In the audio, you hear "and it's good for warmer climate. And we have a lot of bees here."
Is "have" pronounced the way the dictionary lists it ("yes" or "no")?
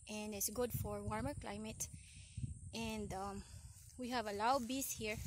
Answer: yes